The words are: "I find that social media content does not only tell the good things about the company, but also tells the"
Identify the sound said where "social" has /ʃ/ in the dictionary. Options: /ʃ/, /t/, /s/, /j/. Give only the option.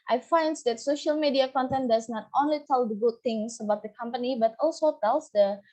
/ʃ/